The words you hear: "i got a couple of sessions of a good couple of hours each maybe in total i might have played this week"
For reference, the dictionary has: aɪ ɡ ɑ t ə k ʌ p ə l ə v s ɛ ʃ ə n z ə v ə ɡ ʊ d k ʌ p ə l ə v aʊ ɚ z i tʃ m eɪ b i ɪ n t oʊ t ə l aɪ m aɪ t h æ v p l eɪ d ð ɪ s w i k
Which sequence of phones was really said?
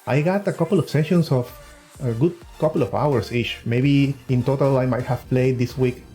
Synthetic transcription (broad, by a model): aɪ ɡ ɑ t ə k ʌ p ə l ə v s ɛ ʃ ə n s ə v ə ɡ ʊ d k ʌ p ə l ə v aʊ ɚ s i tʃ m eɪ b i ɪ n t oʊ t ə l aɪ m aɪ t h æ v p l eɪ d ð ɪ s w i k